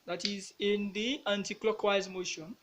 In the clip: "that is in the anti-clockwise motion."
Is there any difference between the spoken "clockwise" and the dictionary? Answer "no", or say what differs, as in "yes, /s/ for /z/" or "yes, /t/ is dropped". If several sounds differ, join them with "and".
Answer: no